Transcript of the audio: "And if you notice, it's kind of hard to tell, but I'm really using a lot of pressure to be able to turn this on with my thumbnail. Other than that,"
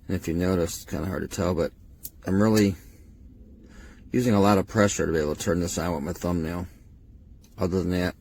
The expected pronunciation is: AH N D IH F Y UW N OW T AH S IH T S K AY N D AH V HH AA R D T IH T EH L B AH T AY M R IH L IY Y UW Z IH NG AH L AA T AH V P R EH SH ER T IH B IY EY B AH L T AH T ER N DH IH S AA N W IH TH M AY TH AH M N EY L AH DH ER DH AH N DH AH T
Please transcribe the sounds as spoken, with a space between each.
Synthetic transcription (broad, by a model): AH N IH F Y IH N OW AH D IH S K AY N D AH HH AA R D T IH T EH L B AH T AY M R IH L IY Y UW Z IH NG AH L AA T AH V P R EH SH ER T IH B IY EY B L T AH T ER N DH IH S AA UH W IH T M AY TH AH M N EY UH AH DH ER DH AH N DH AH T